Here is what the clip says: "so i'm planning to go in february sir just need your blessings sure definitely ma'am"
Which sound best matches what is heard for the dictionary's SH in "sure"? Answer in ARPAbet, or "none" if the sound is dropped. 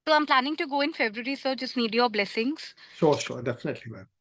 S